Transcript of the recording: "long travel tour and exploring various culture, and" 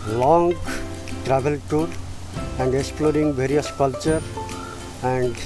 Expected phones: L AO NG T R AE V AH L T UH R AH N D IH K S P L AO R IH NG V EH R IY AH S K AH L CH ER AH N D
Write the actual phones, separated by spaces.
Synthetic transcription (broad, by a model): L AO NG T R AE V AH L T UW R AH N D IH K S P L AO R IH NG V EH R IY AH S K AH L CH ER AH N D